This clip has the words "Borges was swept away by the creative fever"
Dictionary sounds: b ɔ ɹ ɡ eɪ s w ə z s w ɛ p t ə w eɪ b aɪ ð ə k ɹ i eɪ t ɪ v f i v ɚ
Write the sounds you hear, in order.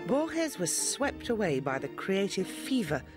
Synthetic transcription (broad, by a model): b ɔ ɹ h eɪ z w ə z s w ɛ p t ə w eɪ b aɪ ð ə k ɹ i eɪ t ɪ v f i v ɚ